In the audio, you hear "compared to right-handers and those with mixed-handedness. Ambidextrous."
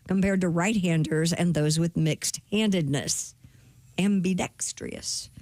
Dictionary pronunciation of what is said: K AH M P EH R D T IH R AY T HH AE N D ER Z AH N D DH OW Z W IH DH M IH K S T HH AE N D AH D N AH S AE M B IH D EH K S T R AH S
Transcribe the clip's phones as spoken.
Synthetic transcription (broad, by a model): K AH M P EH R D T IH R AY T HH AE N D ER Z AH N DH OW Z W IH DH M IH K S T HH AE N D AH D N AH S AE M B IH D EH K S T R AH S